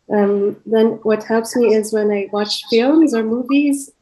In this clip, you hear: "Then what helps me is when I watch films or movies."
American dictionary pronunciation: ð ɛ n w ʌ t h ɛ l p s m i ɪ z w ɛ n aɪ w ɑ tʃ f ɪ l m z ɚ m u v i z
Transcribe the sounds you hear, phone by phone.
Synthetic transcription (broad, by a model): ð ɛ n w ʌ t h ɛ l p s m i ɪ z w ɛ n aɪ w ɑ tʃ f ɪ l m z ɚ m u v i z